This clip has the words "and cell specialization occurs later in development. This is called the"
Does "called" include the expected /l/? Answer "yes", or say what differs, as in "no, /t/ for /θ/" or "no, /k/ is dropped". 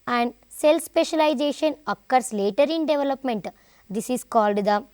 yes